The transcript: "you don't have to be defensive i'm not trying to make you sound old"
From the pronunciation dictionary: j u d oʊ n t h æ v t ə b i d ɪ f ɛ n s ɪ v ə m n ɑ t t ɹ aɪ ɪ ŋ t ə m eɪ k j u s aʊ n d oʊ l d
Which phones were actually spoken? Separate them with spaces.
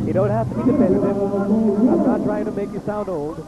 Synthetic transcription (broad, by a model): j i d oʊ n t h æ f t ə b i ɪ ɑ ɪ ə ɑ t t ɹ aɪ ɪ ŋ t ə m eɪ k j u s aʊ n d oʊ l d